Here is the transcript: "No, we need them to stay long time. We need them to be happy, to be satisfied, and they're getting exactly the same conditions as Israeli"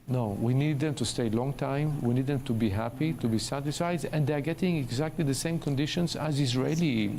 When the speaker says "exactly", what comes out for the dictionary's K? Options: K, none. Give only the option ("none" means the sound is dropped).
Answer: K